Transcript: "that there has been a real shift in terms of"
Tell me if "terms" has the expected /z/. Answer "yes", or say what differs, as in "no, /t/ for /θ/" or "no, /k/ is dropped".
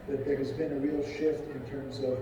yes